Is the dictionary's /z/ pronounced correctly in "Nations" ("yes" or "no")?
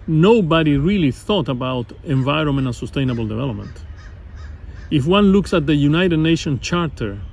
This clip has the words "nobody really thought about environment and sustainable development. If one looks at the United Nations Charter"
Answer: no